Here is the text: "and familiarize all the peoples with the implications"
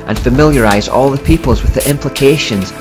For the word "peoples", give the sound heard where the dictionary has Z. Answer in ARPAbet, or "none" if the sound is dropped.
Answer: Z